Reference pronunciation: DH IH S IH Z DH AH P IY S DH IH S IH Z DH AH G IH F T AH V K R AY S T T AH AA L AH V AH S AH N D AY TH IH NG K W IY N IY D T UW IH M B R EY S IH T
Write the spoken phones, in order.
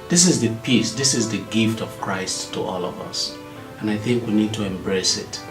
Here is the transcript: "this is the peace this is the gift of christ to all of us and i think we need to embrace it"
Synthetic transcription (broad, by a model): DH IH S IH Z DH AH P IY S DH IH S IH Z DH AH G IH F T AH V K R AY S T T AA L AH V AH S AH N AY TH IH NG K W IY N IY D T UW IH M B R EY S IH T